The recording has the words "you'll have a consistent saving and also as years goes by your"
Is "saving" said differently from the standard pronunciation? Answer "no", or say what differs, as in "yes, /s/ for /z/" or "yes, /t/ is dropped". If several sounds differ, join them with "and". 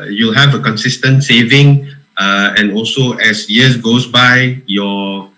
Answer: no